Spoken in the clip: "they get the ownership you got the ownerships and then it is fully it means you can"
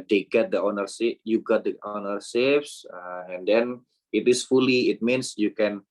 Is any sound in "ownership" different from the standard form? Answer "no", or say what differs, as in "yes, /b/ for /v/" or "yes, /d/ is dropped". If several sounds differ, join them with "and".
yes, /s/ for /ʃ/